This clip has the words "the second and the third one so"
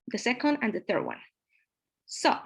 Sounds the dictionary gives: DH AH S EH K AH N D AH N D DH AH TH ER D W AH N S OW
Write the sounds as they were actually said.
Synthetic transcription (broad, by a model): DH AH S EH K AH N D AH N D DH AH TH ER D W AH N S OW